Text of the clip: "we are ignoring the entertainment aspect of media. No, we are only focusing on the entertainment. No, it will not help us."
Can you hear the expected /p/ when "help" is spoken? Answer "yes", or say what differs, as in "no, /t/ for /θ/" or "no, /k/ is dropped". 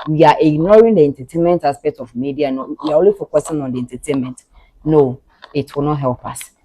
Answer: yes